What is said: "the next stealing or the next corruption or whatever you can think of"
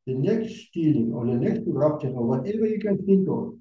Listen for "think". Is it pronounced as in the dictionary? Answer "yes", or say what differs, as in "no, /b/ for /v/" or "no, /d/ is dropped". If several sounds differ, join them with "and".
no, /s/ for /θ/